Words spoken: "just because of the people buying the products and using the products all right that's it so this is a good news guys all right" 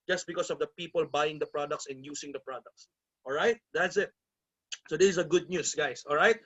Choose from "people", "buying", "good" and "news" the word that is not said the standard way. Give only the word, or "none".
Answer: news